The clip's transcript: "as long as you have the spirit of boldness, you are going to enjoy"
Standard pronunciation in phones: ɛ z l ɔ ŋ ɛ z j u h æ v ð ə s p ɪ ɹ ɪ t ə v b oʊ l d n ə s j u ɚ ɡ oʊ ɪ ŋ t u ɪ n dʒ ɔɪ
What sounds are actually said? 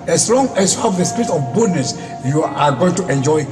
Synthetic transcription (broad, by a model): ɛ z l ɔ ŋ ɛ s j u h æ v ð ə s p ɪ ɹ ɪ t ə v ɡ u d n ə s j u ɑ ɡ oʊ ɪ ŋ t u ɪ n dʒ ɔɪ